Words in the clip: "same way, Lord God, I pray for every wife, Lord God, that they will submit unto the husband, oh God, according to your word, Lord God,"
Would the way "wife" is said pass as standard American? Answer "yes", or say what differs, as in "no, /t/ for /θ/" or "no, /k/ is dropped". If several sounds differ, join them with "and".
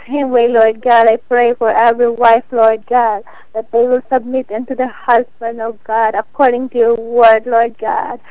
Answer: yes